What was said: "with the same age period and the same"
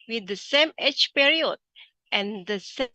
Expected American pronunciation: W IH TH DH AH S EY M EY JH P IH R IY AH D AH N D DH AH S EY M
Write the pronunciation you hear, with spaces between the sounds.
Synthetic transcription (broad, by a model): W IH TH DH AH S EY M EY CH P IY R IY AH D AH N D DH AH S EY